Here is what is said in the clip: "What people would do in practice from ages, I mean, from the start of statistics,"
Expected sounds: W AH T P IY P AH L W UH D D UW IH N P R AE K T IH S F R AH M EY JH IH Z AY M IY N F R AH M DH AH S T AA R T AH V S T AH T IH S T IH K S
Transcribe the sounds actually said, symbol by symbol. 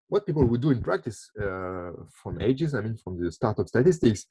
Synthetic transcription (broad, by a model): W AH T P IY P AH L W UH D D UW IH N P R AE K T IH S F R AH M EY JH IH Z AY M IY N F R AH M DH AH S T AA R T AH P S T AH T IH S T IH K S